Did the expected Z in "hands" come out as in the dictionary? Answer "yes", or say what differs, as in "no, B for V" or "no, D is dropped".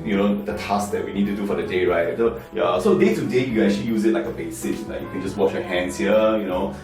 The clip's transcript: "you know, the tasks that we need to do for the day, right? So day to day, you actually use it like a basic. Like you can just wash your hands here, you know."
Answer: no, S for Z